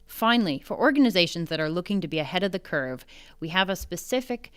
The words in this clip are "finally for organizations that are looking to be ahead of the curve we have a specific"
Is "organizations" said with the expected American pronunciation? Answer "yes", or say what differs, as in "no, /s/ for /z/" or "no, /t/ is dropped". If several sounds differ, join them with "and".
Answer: yes